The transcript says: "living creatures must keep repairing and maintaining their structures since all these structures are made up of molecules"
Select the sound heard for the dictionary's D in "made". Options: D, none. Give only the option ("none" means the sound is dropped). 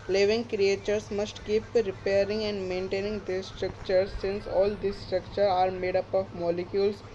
D